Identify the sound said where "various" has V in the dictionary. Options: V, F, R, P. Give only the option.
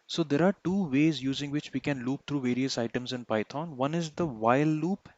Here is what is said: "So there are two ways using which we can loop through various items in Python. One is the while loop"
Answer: V